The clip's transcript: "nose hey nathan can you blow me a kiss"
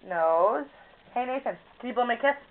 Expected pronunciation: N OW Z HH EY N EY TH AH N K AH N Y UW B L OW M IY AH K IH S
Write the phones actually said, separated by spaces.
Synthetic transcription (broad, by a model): N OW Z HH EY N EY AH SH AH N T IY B OW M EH AH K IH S